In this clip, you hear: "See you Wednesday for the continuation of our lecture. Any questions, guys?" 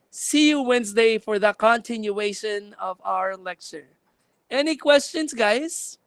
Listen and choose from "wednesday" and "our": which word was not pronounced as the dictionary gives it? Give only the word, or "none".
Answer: none